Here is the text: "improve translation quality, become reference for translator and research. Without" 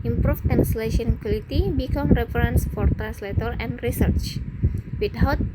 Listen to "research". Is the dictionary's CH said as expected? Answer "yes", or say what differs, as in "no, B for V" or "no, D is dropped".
yes